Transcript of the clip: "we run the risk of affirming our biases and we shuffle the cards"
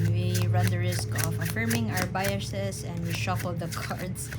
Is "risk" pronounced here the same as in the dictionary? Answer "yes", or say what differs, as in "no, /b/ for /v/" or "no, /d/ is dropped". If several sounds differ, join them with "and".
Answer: yes